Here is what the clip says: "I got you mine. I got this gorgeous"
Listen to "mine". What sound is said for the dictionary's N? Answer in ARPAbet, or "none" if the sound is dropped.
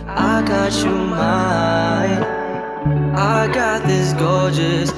none